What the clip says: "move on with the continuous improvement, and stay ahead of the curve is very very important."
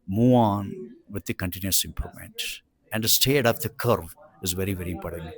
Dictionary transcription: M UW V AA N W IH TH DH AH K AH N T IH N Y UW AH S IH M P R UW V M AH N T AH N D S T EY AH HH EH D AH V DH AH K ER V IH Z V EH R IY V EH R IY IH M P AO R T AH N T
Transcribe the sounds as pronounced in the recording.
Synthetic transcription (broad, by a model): M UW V AA N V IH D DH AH K AH N T IH N Y UW AH S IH M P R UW M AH N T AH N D S T EY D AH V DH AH K ER V IH Z V EH R IY V EH R IY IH M P AO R T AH N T